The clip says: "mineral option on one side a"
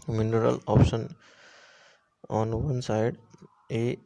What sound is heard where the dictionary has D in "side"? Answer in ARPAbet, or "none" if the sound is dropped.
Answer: D